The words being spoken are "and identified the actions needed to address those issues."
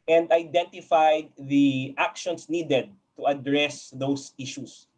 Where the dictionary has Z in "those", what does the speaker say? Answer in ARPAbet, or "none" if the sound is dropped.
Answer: S